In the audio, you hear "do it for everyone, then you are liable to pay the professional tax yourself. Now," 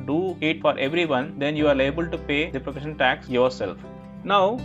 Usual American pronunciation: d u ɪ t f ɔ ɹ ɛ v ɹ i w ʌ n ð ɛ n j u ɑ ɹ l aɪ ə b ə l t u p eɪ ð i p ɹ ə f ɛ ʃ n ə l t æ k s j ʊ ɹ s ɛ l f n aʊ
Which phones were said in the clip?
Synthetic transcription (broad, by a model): d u ɪ t f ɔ ɹ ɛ v ɹ i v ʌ n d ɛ n j u ɑ ɹ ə b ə l t u p eɪ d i p ɹ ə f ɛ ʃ ə n t æ k s j ʊ ɹ s ɛ l f n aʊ